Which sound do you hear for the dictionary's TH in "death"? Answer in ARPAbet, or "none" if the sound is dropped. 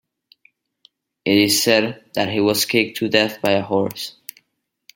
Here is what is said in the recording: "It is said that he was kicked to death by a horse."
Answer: TH